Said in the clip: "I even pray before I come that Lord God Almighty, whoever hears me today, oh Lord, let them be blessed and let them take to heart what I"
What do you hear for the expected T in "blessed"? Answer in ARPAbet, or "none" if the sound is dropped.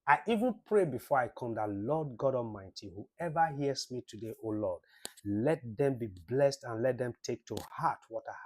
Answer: T